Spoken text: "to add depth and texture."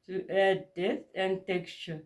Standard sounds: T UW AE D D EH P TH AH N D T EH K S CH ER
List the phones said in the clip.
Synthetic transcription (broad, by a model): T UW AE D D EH TH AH N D T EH K S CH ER